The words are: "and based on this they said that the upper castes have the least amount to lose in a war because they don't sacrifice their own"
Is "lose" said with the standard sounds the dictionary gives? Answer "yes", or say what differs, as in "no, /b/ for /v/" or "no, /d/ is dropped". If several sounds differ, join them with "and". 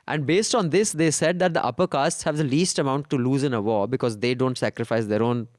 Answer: yes